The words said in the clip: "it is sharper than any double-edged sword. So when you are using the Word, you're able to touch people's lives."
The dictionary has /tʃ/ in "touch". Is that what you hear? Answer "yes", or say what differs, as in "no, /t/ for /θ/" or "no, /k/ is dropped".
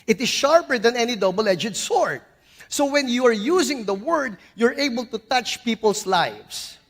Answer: yes